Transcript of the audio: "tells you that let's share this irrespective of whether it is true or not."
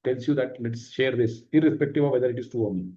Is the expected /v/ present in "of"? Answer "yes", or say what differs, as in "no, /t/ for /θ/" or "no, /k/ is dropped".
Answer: yes